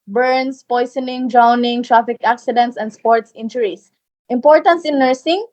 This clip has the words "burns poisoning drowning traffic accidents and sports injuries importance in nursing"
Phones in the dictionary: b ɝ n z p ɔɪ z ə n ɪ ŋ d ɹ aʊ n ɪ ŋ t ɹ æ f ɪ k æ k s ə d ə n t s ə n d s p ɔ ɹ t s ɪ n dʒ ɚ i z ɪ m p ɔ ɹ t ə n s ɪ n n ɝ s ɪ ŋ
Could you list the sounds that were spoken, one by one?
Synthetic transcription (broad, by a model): b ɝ n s p ɔɪ s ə n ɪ ŋ d ɹ aʊ n ɪ ŋ t ɹ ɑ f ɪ k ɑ k s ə d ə n t s ə n d s p ɔ ɹ t s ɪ n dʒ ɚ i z ɪ m p ɔ ɹ t ə n s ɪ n n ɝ s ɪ ŋ